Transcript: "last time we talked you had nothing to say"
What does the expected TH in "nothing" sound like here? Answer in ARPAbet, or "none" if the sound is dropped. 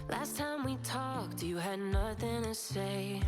TH